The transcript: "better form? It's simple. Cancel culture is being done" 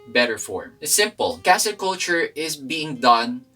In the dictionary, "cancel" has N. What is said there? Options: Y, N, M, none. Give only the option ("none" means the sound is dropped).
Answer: none